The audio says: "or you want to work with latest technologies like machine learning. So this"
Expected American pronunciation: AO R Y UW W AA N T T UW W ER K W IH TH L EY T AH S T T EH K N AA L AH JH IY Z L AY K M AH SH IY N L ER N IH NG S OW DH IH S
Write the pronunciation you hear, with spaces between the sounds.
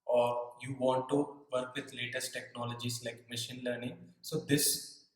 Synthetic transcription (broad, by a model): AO R Y UW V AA N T T UW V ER K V IH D L EY T AH S T T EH K N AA L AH JH IY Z L AY K M AH SH IY N L ER N IH NG S OW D IH S